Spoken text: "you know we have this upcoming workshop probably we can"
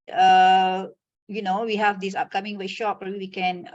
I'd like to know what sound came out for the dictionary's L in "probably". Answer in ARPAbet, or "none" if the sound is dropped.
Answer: none